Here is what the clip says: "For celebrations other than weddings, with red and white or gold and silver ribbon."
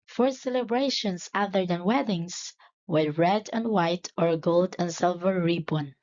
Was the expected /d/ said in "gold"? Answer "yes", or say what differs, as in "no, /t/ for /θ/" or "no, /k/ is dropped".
yes